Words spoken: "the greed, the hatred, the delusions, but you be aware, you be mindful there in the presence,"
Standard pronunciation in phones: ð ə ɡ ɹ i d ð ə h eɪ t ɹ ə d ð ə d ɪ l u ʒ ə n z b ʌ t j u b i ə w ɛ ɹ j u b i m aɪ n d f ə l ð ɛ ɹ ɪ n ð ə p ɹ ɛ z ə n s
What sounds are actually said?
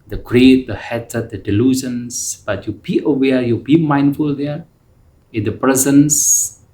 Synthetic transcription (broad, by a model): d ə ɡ ɹ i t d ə h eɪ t ə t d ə d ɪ l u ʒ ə n s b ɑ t j u b i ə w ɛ j u b i m aɪ n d f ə l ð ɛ ɪ n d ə p ɹ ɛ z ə n s